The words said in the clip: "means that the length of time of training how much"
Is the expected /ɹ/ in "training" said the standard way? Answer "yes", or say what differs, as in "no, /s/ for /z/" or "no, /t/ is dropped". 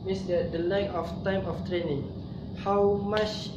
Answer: yes